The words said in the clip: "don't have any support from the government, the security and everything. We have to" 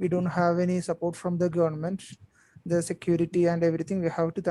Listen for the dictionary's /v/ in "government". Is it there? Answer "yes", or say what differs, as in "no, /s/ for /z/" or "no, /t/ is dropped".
yes